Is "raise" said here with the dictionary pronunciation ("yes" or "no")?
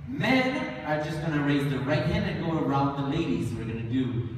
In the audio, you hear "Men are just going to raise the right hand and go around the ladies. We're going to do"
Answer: yes